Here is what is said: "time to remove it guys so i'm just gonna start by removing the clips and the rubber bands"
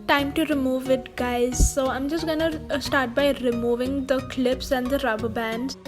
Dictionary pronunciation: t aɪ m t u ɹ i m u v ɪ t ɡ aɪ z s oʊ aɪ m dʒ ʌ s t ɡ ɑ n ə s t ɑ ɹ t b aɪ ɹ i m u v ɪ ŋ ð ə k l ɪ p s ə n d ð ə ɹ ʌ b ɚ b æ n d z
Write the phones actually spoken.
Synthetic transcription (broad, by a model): t aɪ m t u ɹ i m u v ɪ t ɡ aɪ z s oʊ aɪ m dʒ ʌ s t ɡ ɑ n ə s t ɑ ɹ t b aɪ ɹ i m u v ɪ ŋ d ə k l ɪ p s ə n d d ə ɹ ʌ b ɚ b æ n d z